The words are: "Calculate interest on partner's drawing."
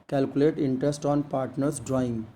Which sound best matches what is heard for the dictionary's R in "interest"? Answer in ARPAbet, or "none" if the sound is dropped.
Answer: R